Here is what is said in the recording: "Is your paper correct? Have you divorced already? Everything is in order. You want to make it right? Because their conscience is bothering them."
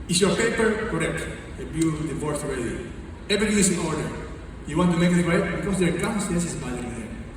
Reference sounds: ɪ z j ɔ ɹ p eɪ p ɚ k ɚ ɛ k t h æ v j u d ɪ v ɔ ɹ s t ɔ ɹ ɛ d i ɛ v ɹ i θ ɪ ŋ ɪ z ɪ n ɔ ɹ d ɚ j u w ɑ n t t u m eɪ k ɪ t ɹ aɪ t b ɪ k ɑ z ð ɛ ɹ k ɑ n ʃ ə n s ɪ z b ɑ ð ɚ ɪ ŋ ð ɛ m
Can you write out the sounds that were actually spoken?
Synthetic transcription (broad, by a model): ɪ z j ɔ ɹ p eɪ p ɚ k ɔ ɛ k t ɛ b j u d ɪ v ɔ ɹ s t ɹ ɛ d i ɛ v ɹ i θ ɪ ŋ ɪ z ɪ n ɔ ɹ d ɚ j u w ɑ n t t u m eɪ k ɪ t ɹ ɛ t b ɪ k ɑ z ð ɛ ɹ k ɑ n s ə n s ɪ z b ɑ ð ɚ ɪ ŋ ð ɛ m